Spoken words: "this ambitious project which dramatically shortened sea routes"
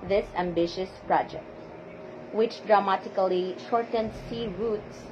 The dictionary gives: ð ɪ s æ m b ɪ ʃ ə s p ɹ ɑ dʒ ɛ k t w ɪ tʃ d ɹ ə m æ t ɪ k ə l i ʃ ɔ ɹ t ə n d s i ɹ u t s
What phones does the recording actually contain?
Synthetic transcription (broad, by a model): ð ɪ s æ m b ɪ ʃ ə s p ɹ ɑ dʒ ɛ k t w ɪ tʃ d ɹ ə m æ t ɪ k ə l i ʃ ɔ ɹ t ə n d s i ɹ u t s